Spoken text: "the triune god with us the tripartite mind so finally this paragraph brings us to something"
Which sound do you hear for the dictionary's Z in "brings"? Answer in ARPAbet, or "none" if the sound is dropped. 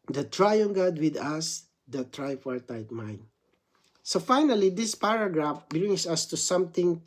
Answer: S